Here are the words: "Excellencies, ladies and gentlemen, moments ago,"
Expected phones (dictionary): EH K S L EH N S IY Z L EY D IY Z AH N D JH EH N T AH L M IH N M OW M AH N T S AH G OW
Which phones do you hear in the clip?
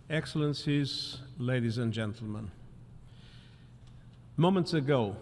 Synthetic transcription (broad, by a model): EH K S L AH N S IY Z L EY D IY Z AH N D JH EH N T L M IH N M OW M AH N T S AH G OW